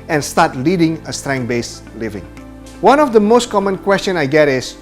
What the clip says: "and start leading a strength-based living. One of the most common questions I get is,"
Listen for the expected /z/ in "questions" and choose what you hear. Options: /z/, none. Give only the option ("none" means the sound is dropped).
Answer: none